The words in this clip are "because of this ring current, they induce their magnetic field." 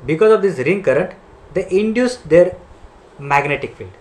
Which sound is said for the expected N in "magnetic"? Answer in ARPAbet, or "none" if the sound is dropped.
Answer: N